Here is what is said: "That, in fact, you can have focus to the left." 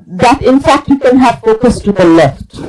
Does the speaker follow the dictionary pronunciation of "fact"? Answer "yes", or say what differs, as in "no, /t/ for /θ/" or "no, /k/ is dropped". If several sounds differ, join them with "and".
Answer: yes